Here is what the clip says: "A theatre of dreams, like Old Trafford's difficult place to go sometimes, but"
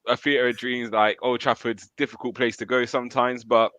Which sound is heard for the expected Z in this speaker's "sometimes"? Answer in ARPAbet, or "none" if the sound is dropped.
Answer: Z